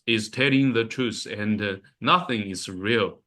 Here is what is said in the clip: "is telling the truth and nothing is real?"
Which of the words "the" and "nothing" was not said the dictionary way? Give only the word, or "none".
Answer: none